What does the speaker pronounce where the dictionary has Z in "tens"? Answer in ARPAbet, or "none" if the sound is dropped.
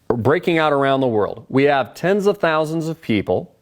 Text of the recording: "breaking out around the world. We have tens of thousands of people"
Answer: Z